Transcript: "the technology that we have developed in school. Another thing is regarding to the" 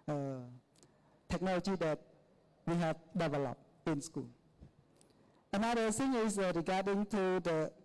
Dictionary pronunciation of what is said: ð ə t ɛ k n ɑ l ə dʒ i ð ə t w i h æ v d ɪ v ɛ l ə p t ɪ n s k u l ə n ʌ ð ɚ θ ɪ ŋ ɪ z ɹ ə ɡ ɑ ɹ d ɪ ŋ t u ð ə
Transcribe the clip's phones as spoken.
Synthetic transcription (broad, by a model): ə t ɛ k n ɑ l ə dʒ i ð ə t w i h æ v d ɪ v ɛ l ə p ɪ n s k u l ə n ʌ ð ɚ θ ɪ ŋ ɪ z ɹ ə ɡ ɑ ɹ d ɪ ŋ t u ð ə